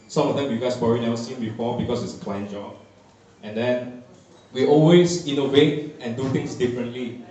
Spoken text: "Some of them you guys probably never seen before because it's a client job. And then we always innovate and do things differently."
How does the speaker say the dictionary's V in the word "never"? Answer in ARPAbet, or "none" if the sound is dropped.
none